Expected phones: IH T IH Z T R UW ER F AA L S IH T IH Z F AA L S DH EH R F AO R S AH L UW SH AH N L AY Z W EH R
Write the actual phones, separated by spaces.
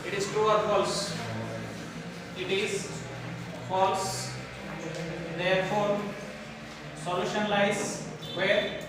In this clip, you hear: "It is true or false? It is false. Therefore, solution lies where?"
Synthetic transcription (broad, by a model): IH T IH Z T UW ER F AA L S IH T IH Z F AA L S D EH R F AO R S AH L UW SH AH N L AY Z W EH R